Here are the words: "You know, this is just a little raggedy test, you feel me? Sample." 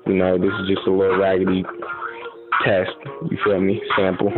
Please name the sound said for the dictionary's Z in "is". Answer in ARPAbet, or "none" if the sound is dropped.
Z